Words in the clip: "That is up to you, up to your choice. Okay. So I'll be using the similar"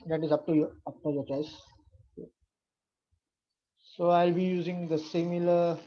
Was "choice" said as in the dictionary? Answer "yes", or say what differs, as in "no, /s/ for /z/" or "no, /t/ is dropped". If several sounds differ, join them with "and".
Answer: no, /s/ is dropped